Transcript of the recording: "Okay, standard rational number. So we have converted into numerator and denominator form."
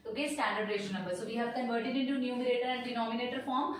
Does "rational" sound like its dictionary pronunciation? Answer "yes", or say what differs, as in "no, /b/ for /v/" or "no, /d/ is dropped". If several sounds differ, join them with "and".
no, /n/ is dropped